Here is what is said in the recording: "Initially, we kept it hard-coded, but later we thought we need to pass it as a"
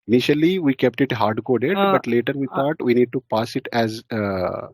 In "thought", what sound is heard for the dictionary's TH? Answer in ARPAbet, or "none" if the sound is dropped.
T